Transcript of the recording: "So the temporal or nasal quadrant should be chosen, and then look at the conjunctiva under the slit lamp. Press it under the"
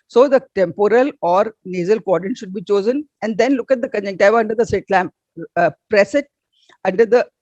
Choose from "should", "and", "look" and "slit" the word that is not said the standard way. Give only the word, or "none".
slit